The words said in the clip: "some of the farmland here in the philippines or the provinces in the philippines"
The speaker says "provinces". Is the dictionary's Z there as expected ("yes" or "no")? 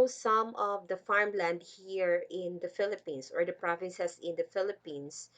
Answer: no